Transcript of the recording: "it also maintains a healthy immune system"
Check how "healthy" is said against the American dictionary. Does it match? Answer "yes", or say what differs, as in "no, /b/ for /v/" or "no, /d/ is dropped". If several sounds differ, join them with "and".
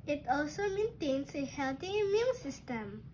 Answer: no, /t/ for /θ/